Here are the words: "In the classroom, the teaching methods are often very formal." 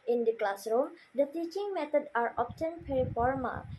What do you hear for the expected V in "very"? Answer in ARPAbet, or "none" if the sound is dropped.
P